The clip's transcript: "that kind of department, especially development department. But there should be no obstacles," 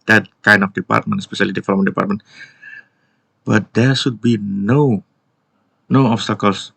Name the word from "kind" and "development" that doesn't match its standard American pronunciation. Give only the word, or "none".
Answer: development